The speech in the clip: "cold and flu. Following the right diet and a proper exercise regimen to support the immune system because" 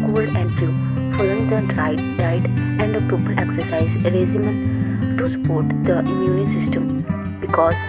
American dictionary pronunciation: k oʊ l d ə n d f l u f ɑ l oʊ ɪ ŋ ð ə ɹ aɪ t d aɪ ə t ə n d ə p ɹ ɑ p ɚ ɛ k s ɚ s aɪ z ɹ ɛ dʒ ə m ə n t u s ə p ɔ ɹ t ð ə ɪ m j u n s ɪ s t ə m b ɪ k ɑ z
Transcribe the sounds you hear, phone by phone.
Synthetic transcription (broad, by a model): k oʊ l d ə n d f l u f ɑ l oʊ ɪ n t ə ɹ aɪ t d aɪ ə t ə n d ə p i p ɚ ɛ k s ɚ s aɪ z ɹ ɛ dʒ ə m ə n t u s ə p ɔ ɹ t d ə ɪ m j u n s ɪ s t ə m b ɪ k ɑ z